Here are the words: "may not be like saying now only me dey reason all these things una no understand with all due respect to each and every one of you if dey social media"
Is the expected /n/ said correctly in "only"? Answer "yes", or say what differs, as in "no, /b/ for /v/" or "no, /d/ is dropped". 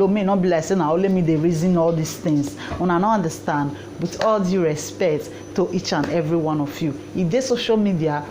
no, /n/ is dropped